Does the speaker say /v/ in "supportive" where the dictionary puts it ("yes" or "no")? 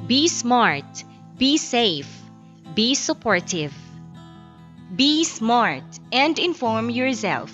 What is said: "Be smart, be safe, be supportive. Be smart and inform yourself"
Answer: yes